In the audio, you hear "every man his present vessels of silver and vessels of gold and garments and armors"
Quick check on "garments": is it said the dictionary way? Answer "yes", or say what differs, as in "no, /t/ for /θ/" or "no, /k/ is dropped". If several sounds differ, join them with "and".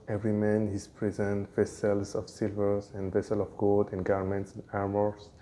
yes